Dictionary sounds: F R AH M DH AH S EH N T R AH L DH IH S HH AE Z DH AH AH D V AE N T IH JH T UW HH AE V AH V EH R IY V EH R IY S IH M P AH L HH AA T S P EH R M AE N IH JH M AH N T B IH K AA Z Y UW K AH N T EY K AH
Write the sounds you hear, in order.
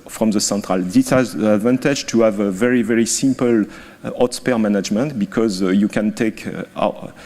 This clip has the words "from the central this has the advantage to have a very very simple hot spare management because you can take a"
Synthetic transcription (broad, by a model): F R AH M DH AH S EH N T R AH L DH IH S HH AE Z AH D V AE N T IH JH T UW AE V AH V EH R IY V EH R IY S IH M P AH L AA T S P EH R M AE N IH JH M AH N T B IH K AA Z Y UW K AH N T EY K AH